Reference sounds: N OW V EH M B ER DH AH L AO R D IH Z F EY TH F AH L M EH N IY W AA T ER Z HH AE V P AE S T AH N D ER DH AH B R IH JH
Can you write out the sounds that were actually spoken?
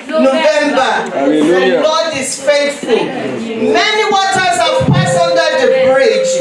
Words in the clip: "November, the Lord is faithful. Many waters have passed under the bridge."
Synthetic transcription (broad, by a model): N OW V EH M B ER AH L AO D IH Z F EY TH F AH L M EH N IY W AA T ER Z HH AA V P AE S AH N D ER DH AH B R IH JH